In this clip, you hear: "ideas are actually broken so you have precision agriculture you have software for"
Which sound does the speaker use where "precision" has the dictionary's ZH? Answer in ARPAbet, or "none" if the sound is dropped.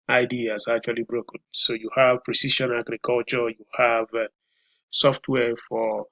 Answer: SH